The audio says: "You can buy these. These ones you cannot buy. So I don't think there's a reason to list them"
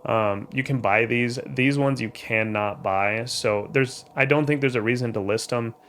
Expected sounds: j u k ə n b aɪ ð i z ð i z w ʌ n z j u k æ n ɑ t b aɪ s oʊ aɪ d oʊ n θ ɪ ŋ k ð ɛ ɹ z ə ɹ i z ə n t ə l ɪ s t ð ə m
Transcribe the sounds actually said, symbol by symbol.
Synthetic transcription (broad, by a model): j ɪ k ə n b aɪ ð i z ð i z w ʌ n z j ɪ k æ n ɑ t b aɪ s oʊ aɪ d oʊ n θ ɪ ŋ k ð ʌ ɹ z ə ɹ i z ə n t ə l ɪ s t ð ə m